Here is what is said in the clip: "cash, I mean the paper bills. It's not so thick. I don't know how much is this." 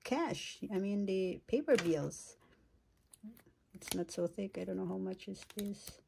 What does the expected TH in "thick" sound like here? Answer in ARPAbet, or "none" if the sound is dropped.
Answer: TH